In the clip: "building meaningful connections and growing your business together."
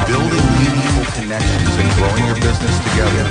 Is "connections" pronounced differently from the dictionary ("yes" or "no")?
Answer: no